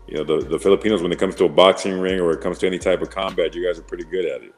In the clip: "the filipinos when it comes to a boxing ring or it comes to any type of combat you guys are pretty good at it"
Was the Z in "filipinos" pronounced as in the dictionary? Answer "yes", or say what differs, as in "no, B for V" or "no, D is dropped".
yes